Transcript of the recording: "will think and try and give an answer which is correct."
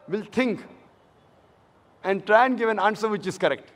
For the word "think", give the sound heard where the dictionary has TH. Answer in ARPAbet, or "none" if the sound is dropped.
T